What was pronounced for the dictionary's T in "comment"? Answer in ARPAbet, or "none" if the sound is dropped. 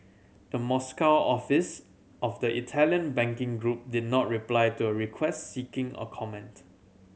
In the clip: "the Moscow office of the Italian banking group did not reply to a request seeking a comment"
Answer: T